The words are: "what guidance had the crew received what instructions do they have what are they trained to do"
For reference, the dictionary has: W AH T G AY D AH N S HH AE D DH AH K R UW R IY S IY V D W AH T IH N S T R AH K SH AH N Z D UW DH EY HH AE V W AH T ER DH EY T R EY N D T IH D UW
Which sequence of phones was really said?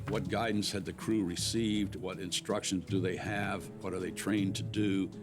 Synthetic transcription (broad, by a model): W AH T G AY D N S HH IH D DH AH K R UW R IY S IY V D W AH T IH N S T R AH K SH AH N Z D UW DH EY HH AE V W AH T ER DH EY T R EY N T IH D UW